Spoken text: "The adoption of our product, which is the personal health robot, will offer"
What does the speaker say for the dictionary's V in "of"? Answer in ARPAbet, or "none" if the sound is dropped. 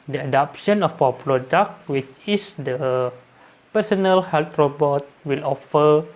P